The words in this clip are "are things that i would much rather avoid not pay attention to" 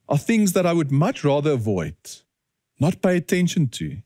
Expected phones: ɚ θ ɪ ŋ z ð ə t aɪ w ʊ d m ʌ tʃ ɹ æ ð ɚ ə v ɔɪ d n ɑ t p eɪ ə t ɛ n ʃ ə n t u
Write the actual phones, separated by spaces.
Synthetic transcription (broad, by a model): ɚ θ ɪ ŋ z ð ə t aɪ w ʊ d m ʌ tʃ ɹ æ ð ɚ ə v ɔɪ d n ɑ t p eɪ ə t ɛ n ʃ ə n t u